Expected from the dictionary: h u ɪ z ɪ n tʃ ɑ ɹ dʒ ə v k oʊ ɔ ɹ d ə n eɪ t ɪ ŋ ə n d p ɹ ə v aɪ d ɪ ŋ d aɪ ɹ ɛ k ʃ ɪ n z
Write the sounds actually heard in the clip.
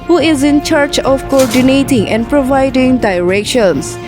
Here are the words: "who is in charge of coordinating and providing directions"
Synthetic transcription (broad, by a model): h u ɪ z ɪ n tʃ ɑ ɹ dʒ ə f k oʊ ɔ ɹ d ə n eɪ t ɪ ŋ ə n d p ɹ ə v aɪ d ɪ ŋ d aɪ ɹ ɛ k ʃ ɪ n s